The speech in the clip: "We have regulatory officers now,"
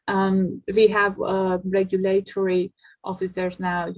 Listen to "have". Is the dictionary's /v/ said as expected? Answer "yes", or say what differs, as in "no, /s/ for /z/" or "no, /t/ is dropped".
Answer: yes